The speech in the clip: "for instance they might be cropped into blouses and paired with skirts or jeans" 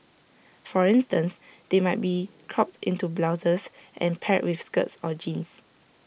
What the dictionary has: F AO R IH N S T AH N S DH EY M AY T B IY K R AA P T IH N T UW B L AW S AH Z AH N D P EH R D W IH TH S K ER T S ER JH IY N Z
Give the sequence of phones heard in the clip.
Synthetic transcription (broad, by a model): F AO R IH N S T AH N S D EY M AY T B IY K R AA P T IH N T UW B L AW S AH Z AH N P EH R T W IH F S K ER T S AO JH IY N S